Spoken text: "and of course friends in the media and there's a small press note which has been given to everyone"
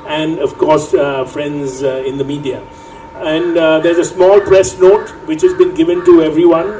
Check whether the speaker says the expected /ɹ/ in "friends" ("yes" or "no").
yes